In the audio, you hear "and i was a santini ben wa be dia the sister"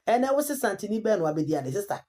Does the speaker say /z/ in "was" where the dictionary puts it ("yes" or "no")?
no